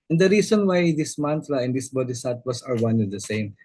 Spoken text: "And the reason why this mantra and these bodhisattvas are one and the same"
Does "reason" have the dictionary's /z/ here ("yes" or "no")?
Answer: no